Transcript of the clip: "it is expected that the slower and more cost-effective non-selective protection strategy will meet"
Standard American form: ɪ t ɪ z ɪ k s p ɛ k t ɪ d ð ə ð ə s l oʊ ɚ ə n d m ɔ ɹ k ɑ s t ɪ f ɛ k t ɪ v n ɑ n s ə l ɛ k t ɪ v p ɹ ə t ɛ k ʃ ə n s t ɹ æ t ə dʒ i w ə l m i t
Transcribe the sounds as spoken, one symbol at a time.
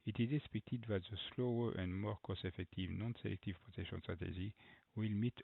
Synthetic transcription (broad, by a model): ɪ t ɪ z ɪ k s p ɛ k t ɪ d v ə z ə s l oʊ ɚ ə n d m ɔ ɹ k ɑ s ɪ f ɛ k t ɪ v n ɑ n s ə l ɛ k t ɪ v p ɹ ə t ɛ k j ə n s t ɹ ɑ t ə ʒ i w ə l m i t